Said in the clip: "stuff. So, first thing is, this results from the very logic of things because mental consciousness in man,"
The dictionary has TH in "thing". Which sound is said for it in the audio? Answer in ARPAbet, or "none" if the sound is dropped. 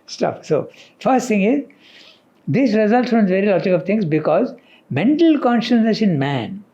T